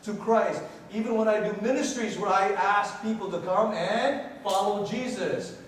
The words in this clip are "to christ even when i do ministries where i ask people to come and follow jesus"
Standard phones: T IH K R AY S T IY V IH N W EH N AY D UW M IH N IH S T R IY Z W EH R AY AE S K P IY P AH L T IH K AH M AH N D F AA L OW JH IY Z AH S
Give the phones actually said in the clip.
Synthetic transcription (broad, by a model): T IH K R AY S T IY V IH N W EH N AY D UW M IH N IH S T R IY Z W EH R AY AE S K P IY P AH L T IH K AH M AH N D F AA L OW JH IY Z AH S